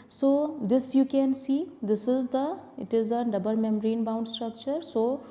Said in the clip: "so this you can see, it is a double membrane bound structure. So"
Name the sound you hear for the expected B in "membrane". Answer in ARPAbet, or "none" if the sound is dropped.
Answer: none